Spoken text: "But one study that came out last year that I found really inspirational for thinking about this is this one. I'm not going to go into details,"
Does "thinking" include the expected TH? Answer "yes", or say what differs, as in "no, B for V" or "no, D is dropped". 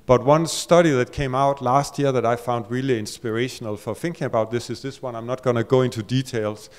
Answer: yes